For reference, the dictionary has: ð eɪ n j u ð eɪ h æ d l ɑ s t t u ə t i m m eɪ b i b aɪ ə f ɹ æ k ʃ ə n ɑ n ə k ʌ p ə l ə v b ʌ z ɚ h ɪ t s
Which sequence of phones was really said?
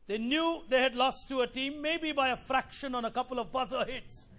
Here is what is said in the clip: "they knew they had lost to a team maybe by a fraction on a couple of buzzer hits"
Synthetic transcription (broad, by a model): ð eɪ n j u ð eɪ h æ d l ɑ s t t u ə t i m m eɪ b i b aɪ ə f ɹ æ k ʃ ə n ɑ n ə k ʌ p ə l ə v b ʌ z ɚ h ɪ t s